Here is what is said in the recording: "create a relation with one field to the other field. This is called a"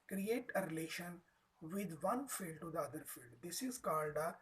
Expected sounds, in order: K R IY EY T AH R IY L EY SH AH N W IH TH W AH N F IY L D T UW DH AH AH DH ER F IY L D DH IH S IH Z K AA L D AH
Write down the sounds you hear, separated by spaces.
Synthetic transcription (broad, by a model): K R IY EY T AH R IY L EY SH AH N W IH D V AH N F IY L D T UW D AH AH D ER F IY L D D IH S IH Z K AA N D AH